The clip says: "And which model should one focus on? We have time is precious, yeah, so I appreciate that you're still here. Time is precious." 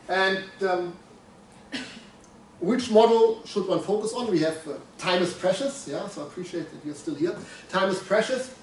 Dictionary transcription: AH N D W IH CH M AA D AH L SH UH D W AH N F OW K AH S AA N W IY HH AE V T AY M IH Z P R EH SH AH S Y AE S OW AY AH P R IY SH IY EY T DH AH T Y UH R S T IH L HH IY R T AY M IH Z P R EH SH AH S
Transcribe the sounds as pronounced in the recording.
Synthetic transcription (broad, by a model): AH N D W IH CH M AA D L SH UH D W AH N F OW K AH S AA N W IY HH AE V T AY M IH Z P R EH SH AH S Y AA S OW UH AH P R IY SH IY EY T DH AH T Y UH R S T IH L HH IY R T AY M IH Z P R EH SH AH S